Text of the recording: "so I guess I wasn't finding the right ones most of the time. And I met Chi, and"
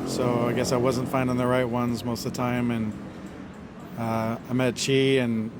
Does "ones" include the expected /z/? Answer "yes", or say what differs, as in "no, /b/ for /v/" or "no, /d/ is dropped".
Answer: yes